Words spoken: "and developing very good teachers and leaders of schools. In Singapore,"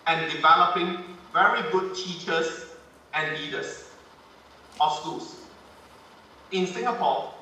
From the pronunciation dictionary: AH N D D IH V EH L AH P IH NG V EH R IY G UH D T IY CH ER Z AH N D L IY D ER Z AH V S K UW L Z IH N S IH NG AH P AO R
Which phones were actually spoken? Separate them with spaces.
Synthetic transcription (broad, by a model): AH N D D IH V EH L AH P IH NG V EH R IY G UH D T IY CH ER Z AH N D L IY D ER S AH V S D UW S IH N S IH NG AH P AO